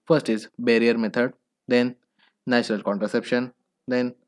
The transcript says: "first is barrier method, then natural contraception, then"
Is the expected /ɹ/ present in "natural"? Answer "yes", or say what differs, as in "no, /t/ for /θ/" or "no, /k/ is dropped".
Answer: yes